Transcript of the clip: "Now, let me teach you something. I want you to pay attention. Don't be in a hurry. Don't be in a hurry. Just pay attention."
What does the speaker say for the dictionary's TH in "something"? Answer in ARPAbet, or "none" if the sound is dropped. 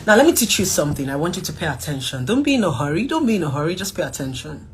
TH